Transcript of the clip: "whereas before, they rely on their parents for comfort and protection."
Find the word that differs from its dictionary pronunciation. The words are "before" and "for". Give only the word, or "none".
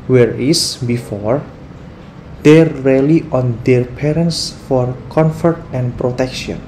none